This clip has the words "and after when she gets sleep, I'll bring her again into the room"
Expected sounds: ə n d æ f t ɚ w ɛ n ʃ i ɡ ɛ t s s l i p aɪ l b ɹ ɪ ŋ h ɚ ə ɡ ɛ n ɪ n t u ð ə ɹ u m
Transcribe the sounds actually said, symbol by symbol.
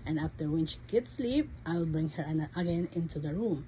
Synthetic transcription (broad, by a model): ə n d æ f t ɚ w ɛ n ʃ i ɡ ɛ t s s l i p aɪ l b ɹ ɪ ŋ h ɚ ə ɡ ɛ n ɪ n t u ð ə ɹ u m